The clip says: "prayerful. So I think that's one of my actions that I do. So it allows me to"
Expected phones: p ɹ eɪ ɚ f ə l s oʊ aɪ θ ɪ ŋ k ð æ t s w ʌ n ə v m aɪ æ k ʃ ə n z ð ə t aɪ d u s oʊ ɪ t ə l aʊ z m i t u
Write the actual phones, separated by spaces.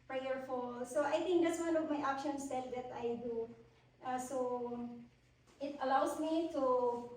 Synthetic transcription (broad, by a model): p ɹ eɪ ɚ f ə l s oʊ aɪ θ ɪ ŋ k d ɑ t s w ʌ n ə v m aɪ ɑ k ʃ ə n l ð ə t aɪ d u s oʊ ɪ t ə l aʊ s m i t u